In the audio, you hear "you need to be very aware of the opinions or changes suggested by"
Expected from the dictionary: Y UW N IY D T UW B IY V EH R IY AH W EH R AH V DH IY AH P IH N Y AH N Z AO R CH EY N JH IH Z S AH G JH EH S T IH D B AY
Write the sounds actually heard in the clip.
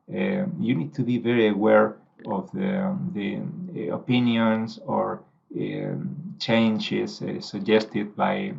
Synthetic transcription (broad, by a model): Y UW N IY D T UW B IY V EH R IY AH W EH R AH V DH IY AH P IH N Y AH N S AO R CH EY N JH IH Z S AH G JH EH S T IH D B AY